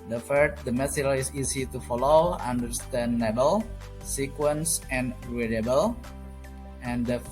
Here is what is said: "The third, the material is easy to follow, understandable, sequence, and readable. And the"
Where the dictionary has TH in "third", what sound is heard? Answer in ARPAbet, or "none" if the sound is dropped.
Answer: F